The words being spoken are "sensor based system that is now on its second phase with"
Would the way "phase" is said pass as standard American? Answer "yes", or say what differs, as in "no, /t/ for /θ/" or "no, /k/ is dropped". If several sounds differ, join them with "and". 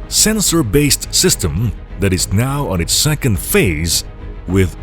yes